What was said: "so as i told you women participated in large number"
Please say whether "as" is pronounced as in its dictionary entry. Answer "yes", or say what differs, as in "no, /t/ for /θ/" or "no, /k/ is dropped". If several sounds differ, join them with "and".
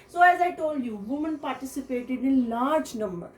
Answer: yes